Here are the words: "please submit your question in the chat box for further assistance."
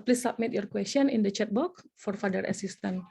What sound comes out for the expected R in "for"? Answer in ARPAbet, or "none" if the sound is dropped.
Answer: R